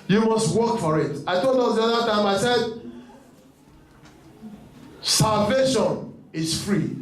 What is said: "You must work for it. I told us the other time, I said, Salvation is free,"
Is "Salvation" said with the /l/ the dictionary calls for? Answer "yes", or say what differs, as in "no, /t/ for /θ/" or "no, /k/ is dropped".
yes